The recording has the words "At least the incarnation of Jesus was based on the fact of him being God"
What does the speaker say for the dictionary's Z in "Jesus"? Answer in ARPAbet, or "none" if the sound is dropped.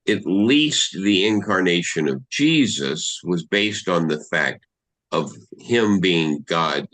Z